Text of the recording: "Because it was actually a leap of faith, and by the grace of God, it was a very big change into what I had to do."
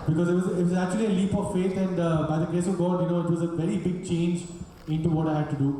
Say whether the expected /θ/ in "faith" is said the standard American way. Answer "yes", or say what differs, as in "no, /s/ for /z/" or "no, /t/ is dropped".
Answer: no, /t/ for /θ/